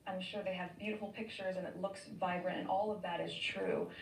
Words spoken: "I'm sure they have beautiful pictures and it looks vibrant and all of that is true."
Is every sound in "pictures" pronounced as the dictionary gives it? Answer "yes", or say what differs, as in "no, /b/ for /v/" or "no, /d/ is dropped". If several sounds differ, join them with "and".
yes